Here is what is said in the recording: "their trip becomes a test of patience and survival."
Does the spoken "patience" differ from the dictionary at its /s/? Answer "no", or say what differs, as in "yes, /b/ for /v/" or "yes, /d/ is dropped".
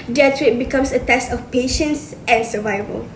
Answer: no